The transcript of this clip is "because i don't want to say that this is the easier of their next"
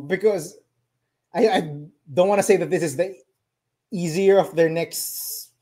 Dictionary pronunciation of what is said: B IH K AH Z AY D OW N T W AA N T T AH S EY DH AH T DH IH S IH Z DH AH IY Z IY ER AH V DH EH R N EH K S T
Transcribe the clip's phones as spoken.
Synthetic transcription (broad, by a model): B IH K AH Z AY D OW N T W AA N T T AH S EY DH AH T DH IH S IH Z DH AH IY Z IY ER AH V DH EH R N EH K S T